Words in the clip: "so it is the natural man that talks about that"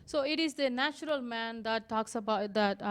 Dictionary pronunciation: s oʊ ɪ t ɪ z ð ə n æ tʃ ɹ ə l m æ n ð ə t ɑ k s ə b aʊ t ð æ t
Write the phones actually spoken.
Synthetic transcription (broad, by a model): s oʊ ɪ t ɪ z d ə n æ tʃ ɹ ə l m æ n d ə t ɑ k s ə b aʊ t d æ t